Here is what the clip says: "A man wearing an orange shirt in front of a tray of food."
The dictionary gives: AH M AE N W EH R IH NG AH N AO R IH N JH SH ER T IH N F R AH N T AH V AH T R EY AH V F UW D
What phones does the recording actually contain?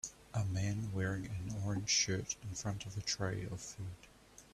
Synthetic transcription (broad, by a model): AH M AE N W EH R IH NG AH N AO R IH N ZH SH ER T IH N F R AH N T AH V AH T R EY AH V F UW D